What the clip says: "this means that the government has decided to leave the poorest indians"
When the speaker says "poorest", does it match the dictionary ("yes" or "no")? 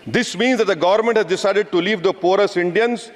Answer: no